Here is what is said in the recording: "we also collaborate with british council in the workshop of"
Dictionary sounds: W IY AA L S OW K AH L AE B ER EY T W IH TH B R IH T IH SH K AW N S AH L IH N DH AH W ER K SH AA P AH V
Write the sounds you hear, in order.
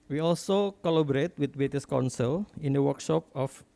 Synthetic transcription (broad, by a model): W IY AA L S OW K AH L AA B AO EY T W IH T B EH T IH S K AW N S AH L IH N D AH W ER K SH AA P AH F